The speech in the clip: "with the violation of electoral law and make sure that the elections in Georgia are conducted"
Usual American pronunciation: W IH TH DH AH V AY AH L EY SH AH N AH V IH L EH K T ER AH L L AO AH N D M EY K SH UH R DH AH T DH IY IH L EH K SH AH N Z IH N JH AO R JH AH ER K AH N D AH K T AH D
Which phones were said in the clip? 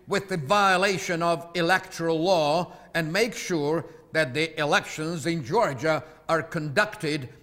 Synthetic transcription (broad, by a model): W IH DH AH V AY AH L EY SH AH N AH V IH L EH K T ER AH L L AO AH N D M EY K SH UH R DH AH T DH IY IH L EH K SH AH N Z IH N JH AO R JH AH ER K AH N D AH K T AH D